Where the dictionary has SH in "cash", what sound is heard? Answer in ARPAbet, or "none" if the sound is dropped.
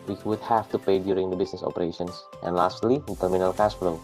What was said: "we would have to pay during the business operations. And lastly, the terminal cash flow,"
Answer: S